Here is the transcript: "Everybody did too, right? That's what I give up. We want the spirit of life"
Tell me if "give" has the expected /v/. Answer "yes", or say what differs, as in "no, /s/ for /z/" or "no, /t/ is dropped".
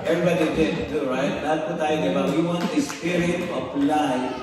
no, /b/ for /v/